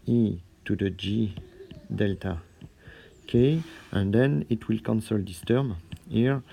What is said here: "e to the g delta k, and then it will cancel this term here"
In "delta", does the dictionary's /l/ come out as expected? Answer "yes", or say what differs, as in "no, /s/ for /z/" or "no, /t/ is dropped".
yes